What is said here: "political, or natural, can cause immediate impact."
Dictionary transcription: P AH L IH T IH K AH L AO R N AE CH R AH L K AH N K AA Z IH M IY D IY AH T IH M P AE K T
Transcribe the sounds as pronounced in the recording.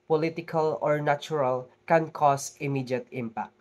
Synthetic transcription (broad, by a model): P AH L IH T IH K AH L AO R N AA CH R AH L K AH N K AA S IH M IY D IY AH T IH M P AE K T